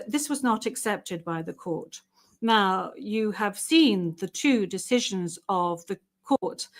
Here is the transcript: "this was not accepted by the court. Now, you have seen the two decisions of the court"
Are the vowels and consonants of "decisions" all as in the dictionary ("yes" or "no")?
yes